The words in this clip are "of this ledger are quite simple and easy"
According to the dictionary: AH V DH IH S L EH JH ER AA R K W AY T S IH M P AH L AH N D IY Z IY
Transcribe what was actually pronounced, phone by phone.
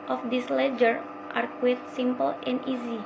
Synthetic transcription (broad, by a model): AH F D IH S L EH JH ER AA R K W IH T S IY M P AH L AH N D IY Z IY